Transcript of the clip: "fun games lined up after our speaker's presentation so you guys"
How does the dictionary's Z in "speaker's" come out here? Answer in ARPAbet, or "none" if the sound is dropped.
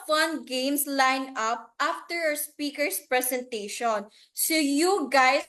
S